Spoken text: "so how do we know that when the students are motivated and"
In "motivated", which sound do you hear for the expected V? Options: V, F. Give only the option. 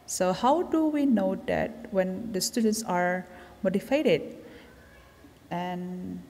F